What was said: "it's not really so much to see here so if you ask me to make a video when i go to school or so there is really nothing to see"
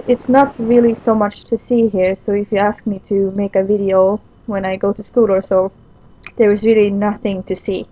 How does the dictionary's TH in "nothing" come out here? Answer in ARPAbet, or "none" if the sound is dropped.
TH